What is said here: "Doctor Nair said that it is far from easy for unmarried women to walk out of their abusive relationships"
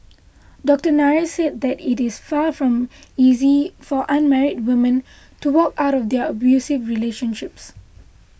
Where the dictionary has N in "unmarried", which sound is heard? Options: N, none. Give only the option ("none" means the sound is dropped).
N